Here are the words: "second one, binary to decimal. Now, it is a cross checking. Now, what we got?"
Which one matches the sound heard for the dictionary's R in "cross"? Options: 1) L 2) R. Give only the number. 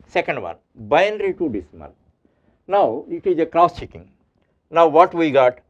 2